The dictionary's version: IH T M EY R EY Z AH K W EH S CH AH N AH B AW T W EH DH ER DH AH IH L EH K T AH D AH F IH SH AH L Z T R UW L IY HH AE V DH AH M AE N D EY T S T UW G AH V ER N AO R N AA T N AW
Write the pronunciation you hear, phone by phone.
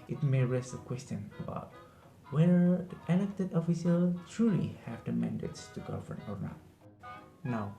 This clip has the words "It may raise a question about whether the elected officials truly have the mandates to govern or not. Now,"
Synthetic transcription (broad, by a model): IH T M EY R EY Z AH K W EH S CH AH N AH B AW T W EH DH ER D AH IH L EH K T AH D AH F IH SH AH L T R UW L IY HH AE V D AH M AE N D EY T S T UW G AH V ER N AO R N AA T N AW